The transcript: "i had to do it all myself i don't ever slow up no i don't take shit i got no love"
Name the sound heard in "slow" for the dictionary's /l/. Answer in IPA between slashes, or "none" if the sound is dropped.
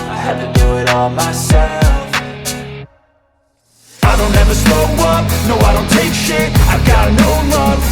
none